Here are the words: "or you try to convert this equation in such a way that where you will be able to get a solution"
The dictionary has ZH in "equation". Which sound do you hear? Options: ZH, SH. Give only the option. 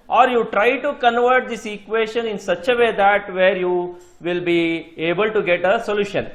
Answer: SH